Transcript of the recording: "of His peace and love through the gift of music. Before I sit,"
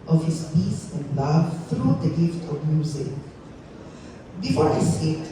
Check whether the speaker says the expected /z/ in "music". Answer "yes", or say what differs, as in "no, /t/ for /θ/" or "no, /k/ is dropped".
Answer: yes